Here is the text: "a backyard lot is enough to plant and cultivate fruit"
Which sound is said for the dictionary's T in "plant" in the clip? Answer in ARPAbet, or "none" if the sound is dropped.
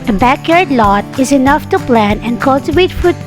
none